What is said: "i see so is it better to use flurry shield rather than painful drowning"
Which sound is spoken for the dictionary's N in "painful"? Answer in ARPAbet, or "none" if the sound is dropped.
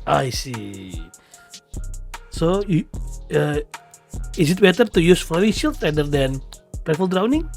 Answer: none